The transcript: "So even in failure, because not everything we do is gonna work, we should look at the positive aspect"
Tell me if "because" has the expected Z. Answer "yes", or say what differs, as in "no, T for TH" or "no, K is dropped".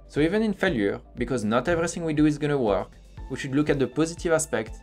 yes